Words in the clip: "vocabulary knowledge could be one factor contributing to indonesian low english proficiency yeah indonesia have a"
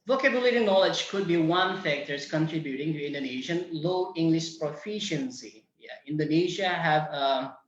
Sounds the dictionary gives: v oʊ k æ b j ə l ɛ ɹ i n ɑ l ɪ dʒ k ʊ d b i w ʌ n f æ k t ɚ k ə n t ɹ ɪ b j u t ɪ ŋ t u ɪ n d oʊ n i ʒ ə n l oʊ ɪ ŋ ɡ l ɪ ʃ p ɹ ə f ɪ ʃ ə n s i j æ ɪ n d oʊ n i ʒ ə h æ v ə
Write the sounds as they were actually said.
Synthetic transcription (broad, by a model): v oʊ k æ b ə l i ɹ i n ɑ l ɪ dʒ k ʊ d b i w ʌ n f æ k t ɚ k ə n t ɹ ɪ b j u t ɪ ŋ t u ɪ n d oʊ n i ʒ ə n l oʊ ɪ ŋ ɡ l ɪ ʃ p ɹ ə f ɪ ʃ ə n s i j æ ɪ n d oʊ n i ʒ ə h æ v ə